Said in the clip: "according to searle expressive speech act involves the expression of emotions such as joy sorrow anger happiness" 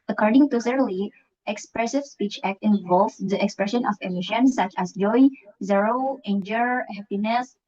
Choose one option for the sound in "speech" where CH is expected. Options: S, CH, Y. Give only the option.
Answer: CH